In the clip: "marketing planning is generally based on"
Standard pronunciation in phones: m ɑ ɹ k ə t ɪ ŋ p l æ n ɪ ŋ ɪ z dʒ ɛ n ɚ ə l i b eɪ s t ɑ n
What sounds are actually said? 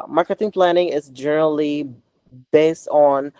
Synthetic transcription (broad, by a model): m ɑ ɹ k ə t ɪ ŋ p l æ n ɪ ŋ ɪ z dʒ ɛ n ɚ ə l i b eɪ s t n